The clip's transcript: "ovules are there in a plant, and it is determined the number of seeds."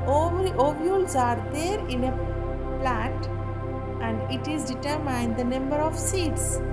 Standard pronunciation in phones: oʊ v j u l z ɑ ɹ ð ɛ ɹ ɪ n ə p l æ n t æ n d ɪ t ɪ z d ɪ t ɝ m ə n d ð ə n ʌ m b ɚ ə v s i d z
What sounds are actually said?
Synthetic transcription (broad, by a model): oʊ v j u l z ɑ ɹ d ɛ ɹ ɪ n ə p l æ t æ n d ɪ t ɪ z d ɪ t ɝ m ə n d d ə n ʌ m b ɚ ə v s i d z